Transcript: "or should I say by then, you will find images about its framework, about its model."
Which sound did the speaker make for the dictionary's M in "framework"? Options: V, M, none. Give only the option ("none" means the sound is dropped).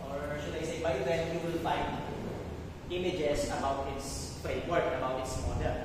none